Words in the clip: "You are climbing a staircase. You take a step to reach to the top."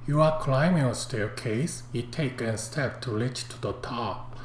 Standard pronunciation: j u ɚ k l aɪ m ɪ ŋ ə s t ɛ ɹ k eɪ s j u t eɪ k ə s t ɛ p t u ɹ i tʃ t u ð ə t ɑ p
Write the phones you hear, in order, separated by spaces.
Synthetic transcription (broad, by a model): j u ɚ k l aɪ m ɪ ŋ ə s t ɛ k eɪ s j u t eɪ k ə s t ɛ p t u l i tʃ t u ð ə t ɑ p